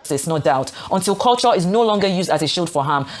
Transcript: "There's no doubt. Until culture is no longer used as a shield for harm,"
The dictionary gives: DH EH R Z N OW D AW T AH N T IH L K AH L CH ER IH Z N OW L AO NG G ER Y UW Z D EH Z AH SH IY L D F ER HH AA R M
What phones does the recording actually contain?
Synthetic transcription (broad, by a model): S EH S N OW D AW T AH N T IH L K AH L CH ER IH Z N OW L AO NG G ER Y UW Z D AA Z AH SH IY L D F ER HH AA M